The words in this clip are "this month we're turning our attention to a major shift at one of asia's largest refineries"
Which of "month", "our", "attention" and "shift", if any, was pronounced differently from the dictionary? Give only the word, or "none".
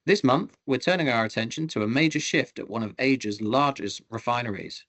none